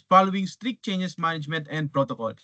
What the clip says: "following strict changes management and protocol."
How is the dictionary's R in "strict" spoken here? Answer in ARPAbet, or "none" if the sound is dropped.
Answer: R